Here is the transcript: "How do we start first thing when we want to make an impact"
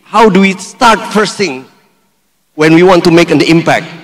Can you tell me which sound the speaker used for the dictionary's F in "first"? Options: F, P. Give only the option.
P